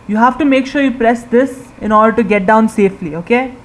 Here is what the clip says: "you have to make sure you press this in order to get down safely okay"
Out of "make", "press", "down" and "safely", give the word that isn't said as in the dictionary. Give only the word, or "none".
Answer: none